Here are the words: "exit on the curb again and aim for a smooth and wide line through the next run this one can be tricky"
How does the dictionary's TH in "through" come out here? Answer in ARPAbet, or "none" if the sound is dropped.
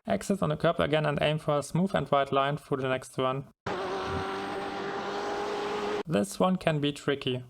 F